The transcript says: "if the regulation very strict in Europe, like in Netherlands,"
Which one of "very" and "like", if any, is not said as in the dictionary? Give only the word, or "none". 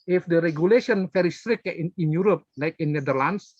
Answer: very